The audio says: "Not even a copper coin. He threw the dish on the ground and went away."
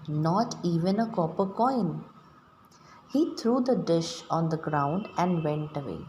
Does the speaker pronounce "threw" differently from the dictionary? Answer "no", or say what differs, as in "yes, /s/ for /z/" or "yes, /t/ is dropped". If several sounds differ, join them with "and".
yes, /t/ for /θ/